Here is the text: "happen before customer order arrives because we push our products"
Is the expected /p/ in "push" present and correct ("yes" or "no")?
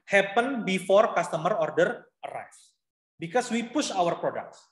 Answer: yes